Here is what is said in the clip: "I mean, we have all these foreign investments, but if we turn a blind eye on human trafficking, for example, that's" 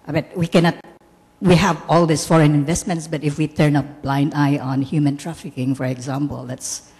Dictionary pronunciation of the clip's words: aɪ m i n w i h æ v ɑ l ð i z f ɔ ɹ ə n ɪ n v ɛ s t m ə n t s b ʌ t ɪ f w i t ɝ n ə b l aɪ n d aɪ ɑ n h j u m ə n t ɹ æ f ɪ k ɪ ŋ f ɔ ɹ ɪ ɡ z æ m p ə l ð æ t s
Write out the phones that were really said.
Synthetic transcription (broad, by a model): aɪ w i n w i h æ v ɑ l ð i s f ɔ ɹ ə n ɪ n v ɛ s t m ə n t s b ʌ t ɪ f w i t ɝ n ə b l aɪ n d aɪ ɑ n h j u m ə n t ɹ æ f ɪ k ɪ ŋ f ɔ ɹ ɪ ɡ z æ m p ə l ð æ t s